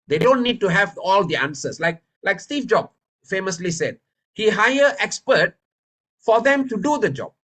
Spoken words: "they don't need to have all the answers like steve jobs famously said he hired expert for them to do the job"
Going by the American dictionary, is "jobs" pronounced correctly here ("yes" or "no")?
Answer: no